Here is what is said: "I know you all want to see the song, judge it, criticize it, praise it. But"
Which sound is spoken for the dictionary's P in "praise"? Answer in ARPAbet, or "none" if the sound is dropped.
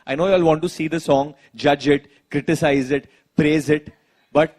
P